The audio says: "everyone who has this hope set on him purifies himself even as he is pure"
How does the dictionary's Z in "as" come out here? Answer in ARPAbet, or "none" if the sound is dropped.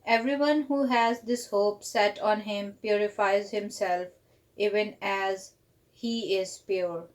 Z